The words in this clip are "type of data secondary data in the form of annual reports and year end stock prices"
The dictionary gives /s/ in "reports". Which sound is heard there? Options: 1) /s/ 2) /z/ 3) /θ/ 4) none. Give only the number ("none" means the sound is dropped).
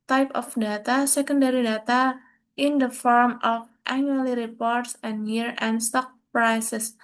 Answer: 1